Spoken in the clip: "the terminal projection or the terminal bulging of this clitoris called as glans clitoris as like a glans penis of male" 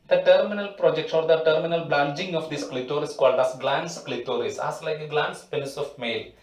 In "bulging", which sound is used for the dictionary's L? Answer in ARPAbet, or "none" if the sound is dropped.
N